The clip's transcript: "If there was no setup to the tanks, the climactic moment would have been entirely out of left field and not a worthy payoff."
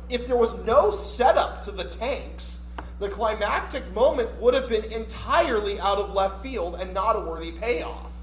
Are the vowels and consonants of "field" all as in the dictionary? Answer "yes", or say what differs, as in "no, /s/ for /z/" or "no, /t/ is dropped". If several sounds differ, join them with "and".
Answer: yes